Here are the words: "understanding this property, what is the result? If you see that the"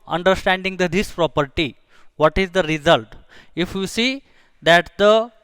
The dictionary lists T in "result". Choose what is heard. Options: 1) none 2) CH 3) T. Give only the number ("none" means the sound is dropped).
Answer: 3